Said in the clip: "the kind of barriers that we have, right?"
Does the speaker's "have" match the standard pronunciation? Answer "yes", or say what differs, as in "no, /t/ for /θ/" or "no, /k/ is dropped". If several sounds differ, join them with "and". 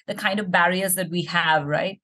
yes